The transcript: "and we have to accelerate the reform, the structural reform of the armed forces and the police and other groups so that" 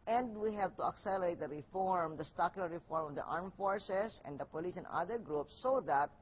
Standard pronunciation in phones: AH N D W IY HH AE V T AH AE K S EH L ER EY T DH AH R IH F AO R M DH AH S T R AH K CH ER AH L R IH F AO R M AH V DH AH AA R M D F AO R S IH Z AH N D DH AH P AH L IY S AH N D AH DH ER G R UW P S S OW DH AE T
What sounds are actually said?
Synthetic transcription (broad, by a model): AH N D W IY HH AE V T AH AE K S EH L ER EY T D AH R IH F AO R M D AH S T AA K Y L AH R IH F AO R M AH V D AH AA R M F AO R S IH S AH N D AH P AH L IY S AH N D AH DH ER G R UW P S S OW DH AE T